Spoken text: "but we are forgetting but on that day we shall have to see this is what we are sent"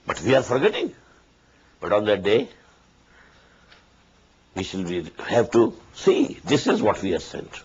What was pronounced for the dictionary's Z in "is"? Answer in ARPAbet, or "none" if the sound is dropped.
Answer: Z